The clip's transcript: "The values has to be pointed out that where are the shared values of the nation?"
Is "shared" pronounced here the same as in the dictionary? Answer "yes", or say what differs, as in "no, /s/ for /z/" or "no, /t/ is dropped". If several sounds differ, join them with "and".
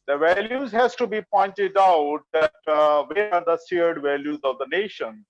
no, /s/ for /ʃ/